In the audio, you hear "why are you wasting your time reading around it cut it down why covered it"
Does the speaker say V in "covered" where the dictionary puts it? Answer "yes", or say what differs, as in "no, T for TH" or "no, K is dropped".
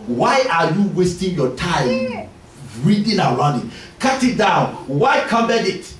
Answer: no, B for V